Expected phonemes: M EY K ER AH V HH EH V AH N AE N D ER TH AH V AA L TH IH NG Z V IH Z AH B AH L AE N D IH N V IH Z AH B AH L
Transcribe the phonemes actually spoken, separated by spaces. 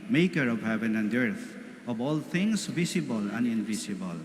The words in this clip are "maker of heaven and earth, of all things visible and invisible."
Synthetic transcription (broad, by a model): M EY K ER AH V HH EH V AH N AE N D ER T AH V AA L T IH NG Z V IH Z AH B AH L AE N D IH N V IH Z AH B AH L